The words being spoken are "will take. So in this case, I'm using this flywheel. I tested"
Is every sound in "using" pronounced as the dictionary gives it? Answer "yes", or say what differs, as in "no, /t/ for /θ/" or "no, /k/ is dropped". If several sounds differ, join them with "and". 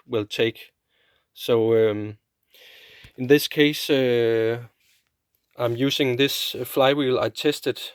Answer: no, /s/ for /z/